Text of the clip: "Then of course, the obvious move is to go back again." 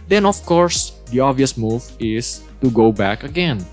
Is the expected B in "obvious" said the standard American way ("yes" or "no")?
no